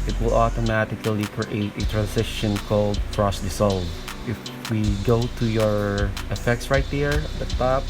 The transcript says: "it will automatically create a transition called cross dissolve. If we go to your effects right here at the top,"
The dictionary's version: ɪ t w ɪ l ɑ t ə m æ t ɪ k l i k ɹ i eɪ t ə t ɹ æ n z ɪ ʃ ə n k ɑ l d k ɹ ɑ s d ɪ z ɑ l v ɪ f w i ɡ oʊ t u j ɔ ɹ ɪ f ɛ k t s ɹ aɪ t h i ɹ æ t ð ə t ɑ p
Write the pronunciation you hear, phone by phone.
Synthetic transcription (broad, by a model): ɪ t w ɪ l ɑ t ə m æ t ɪ k l i k ɹ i eɪ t ə t ɹ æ n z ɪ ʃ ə n k ɑ l d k ɹ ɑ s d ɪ s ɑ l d ɪ f w i ɡ oʊ t u j ɔ ɹ ɪ f ɛ k t s ɹ aɪ t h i ɹ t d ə t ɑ p